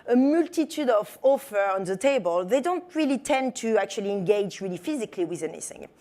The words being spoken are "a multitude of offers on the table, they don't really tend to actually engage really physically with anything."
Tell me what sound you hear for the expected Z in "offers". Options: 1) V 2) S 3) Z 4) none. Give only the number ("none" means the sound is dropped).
4